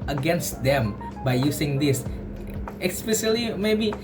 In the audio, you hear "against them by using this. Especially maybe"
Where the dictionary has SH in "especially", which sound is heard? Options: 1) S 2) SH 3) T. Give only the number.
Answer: 1